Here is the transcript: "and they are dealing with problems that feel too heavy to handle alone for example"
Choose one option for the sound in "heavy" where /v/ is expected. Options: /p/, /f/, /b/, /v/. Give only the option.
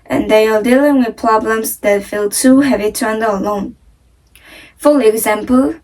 /v/